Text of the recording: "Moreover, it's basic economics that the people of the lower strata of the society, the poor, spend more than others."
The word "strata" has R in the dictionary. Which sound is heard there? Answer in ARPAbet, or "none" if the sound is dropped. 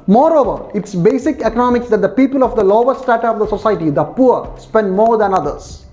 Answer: none